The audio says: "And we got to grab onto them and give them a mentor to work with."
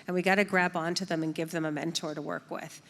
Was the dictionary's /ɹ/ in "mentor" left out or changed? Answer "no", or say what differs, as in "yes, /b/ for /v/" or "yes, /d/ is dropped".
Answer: no